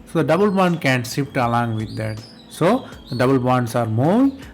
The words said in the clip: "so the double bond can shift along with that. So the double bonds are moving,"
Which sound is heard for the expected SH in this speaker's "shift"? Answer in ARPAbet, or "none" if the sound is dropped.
S